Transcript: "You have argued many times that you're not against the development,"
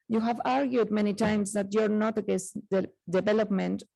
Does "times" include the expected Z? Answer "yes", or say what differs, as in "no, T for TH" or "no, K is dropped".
no, S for Z